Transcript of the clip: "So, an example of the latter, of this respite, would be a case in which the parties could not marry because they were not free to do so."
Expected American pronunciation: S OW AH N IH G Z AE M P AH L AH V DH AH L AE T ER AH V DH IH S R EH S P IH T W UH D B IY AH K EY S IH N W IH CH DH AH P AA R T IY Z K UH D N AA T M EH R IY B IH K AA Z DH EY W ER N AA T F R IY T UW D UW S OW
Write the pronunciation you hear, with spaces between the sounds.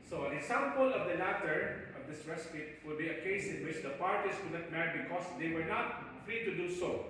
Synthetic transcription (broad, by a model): S OW AH N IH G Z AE M P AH L AH V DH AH L AE T ER AH V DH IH S R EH S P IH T W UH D B IY AH K EY S IH N W IH CH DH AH P AA R T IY S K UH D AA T M EH R IY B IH K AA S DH EY W ER N AA T F R IY T UW D UW S OW